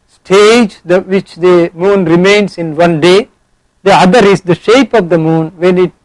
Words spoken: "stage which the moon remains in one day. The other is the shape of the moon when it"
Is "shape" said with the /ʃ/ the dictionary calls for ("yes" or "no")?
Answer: yes